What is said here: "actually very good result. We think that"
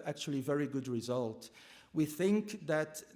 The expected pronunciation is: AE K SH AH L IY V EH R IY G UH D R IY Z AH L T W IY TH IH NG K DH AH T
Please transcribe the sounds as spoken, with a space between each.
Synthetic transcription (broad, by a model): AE K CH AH L IY V EH R IY G UH D R IY Z AH L T W IY TH IH NG K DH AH T